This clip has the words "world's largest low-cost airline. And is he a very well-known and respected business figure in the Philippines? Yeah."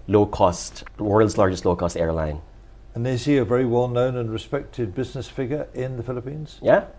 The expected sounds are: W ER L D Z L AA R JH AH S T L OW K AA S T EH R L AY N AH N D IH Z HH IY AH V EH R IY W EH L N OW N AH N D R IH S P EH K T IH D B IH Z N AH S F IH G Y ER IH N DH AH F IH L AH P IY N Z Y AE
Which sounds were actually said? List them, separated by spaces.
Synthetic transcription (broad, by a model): W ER L D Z L AA R JH AH S T L OW K AA S T EH R L AY N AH N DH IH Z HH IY AH V EH R IY W EH L N OW N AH N R IH S P EH K T IH D B IH Z N AH S F IH G Y ER IH N DH AH F IH L AH P IY N Z Y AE